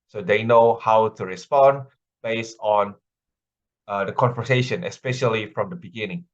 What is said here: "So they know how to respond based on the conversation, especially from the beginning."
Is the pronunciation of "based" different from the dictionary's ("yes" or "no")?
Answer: yes